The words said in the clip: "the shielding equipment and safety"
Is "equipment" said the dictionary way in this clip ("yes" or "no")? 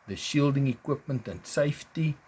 yes